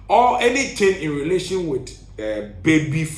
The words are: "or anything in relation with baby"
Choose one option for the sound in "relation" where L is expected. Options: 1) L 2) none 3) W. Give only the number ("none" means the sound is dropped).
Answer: 1